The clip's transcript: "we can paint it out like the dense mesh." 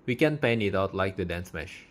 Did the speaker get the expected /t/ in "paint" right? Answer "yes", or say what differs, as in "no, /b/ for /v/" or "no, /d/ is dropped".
no, /t/ is dropped